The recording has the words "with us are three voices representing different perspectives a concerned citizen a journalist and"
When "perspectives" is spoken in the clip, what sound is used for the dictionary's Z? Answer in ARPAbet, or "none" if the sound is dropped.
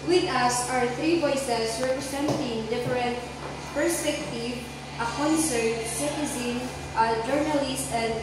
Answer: none